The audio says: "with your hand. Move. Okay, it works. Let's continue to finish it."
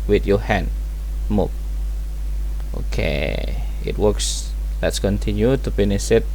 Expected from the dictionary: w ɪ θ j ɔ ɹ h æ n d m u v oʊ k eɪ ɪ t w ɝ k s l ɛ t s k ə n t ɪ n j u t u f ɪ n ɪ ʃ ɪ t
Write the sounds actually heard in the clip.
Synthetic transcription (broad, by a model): w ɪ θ j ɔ h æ n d m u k oʊ k eɪ ɪ t w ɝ k s l ɛ t s k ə n t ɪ n j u t u p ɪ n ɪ s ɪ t